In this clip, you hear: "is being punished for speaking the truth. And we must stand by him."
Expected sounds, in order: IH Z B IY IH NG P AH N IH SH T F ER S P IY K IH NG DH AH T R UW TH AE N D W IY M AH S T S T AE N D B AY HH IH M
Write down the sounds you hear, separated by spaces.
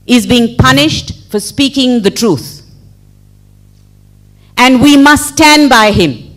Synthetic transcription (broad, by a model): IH Z B IY IH NG P AH N IH SH T F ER S P IY K IH NG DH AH T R UW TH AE N D W IY M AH S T S T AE N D B AY HH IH M